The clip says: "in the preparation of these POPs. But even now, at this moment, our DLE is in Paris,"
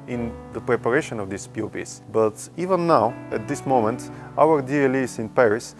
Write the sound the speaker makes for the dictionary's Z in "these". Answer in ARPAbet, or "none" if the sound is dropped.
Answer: S